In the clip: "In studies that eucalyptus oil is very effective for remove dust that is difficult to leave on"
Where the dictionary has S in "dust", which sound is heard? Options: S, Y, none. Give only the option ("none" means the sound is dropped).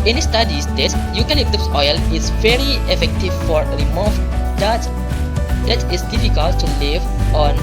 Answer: none